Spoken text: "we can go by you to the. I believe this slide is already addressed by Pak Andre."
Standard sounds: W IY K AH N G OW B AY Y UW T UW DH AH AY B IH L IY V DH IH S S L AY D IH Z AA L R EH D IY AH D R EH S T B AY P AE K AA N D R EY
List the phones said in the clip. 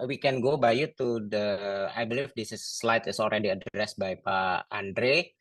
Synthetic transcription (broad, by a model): W IY K AH N G OW B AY Y UW T UW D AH AY B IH L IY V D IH S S L AY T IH S AA L R EH D IY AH D R EH S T B AY P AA AA N D R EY